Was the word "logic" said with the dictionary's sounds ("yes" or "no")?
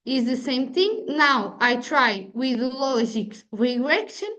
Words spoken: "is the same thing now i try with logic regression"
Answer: no